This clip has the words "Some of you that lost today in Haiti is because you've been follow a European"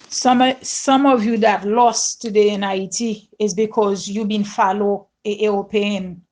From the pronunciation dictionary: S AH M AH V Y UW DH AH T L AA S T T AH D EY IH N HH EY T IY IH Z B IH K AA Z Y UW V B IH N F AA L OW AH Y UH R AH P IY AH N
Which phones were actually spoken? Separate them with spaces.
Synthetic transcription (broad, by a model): S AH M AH V Y UW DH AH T L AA S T T AH D EY IH N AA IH T IY IH Z B IH K AA Z Y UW B IH N F AA L OW AH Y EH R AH P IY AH N